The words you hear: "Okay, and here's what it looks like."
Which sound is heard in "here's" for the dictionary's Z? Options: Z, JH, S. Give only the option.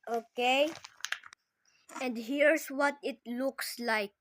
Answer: S